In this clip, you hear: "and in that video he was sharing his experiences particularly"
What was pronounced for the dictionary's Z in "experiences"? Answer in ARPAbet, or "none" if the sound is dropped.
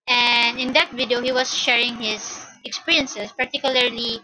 S